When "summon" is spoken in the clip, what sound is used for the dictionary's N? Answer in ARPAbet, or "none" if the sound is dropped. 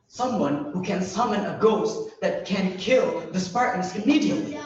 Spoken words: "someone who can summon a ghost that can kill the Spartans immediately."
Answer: N